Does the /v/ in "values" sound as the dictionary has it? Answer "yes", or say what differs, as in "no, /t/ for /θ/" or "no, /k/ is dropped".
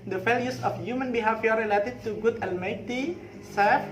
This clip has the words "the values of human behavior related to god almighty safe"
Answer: no, /f/ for /v/